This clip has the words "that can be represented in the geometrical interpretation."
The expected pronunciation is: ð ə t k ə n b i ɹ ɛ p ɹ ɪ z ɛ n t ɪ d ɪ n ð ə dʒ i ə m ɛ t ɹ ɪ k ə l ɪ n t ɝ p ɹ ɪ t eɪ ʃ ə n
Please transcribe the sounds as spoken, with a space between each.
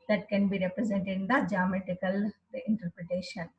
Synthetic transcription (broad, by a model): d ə t k ə n b i ɹ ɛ p ɹ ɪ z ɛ n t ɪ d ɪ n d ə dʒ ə m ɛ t ɪ k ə l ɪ n t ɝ p ɹ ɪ t eɪ ʃ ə n